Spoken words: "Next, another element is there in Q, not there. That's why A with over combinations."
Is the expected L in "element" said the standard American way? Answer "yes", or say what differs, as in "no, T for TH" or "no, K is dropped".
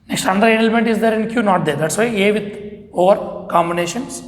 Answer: yes